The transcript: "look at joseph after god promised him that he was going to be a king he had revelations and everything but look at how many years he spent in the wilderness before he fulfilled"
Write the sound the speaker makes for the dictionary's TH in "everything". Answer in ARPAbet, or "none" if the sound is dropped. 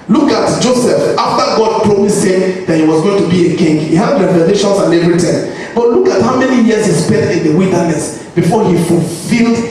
T